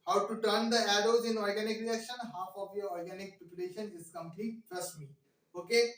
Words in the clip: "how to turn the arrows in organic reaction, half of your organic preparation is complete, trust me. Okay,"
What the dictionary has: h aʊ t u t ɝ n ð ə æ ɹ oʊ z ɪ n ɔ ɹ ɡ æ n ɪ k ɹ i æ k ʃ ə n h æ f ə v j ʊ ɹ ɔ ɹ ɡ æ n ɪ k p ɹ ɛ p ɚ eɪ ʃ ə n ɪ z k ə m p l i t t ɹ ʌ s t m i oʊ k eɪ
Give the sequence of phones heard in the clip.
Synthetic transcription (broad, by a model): h aʊ t u t ɝ n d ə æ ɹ oʊ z ɪ n ɔ ɹ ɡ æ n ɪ k ɹ i æ k ʃ ə n h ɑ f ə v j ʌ ɹ ɔ ɹ ɡ æ n ɪ k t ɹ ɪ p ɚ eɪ ʃ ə n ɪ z k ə m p n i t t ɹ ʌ s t m i oʊ k eɪ